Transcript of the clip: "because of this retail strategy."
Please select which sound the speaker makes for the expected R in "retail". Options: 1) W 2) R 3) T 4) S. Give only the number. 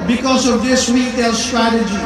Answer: 1